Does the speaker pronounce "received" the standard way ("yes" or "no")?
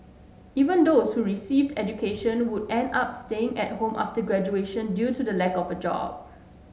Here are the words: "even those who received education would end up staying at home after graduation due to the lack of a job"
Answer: yes